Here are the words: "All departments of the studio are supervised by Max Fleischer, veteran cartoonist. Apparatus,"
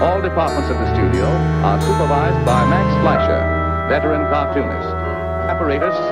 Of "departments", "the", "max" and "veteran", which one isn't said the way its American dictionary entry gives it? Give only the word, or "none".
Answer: veteran